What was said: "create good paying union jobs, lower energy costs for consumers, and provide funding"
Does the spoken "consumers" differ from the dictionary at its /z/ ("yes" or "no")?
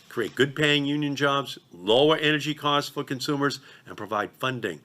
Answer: no